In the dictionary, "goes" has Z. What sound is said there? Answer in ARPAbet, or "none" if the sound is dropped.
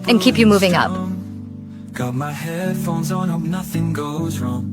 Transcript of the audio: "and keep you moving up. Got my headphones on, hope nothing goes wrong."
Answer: Z